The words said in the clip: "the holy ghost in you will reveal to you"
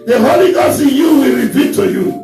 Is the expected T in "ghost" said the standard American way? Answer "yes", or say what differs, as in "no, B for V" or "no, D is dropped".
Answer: no, T is dropped